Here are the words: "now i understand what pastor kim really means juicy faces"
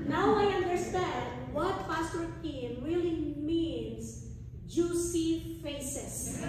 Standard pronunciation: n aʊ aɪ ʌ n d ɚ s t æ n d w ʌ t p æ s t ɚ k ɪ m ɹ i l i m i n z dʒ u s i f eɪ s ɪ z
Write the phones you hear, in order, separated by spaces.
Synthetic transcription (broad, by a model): n aʊ aɪ ʌ n d ɚ s t æ n d w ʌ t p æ s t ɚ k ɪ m ɹ i l i m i n s dʒ u s i f eɪ s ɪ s